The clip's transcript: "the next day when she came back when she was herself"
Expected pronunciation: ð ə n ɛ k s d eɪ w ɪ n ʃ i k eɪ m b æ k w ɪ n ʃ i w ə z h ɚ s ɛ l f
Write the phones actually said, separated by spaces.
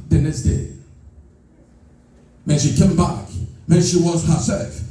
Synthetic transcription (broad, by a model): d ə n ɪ s d eɪ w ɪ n ʃ i k eɪ m b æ k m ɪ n ʃ i w ə z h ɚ s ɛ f